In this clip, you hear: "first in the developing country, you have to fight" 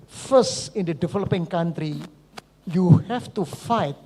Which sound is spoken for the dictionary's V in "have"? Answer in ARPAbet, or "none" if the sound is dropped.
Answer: F